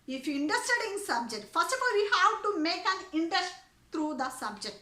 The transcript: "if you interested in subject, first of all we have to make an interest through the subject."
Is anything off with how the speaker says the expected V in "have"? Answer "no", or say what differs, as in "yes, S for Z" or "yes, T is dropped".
yes, W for V